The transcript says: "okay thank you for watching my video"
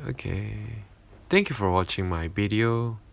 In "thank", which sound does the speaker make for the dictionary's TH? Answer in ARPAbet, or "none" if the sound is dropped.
T